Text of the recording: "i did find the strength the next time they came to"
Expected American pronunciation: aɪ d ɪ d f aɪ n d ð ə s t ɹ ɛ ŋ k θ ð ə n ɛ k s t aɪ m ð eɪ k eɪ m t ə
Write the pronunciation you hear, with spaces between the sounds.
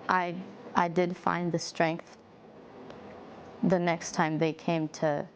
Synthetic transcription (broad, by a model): aɪ d ɪ d f aɪ n ð ə s t ɹ ɛ ŋ k θ ð ə n ɛ k s t aɪ m ð eɪ k eɪ m t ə